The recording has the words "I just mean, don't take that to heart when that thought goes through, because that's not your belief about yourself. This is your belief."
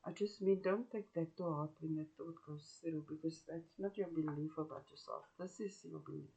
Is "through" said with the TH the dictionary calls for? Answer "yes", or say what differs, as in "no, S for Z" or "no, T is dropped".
no, S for TH